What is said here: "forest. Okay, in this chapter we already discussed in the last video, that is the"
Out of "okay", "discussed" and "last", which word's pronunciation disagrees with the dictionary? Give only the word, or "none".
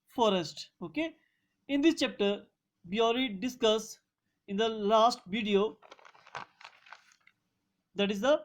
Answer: discussed